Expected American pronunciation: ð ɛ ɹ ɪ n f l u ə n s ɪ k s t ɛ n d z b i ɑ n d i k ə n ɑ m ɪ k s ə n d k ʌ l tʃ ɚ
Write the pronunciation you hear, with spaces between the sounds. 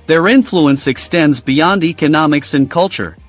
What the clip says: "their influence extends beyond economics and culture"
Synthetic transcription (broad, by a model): ð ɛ ɹ ɪ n f l u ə n s ɪ k s t ɛ n d z b i ɑ n d i k ə n ɑ m ɪ k s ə n k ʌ l tʃ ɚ